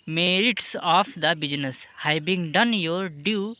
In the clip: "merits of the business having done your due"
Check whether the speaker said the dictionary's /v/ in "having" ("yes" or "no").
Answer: no